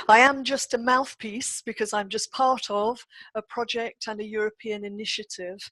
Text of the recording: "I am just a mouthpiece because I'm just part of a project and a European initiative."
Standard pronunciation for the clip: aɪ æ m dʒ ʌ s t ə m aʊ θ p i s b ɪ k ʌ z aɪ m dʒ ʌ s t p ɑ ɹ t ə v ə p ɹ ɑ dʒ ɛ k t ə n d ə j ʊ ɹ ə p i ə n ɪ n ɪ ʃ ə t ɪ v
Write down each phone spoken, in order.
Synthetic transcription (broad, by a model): aɪ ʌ m dʒ ʌ s t ə m aʊ θ p i s b ɪ k ʌ z aɪ m dʒ ʌ s p ɑ ɹ t ə v ə p ɹ ɑ dʒ ɛ k t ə n ə j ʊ ɹ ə p i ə n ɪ n ɪ ʃ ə t ɪ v